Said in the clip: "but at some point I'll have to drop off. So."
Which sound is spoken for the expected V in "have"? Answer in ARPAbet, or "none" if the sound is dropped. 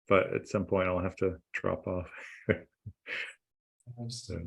F